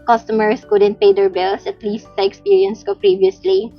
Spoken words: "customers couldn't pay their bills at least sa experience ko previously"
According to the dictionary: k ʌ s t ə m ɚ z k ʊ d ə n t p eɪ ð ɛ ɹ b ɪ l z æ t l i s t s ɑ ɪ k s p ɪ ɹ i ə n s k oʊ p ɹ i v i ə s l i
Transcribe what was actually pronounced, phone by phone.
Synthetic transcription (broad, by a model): k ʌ s t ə m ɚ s k ʊ d ə n t p eɪ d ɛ ɹ b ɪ l s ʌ t l i s t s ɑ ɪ k s p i ɹ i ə n s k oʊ p ɹ i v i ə s l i